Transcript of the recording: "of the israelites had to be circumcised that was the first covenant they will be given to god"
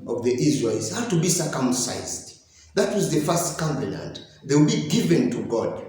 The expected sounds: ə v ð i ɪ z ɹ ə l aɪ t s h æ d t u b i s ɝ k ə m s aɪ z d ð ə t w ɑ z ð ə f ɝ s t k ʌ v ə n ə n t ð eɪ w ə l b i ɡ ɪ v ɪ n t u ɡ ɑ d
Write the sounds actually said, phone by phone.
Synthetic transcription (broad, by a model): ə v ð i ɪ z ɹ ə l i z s h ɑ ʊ t u b i s ɝ k ə m s aɪ z d ð ə t w ɑ z ð ə f ɝ s t k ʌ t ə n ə n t ð eɪ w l b i ɡ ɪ v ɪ n t u ɡ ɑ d